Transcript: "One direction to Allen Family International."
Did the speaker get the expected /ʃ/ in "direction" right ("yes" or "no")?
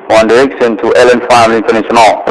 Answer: no